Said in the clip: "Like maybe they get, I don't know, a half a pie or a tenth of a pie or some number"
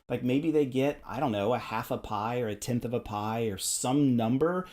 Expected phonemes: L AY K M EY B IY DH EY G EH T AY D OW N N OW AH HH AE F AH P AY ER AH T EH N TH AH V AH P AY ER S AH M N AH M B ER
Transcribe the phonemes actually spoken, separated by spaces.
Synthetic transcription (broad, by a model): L AY K M EY B IY DH EY G EH T AY D OW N N OW AH HH AE F AH P AY ER AH T EH N TH AH V AH P AY ER S AH M N AH M B ER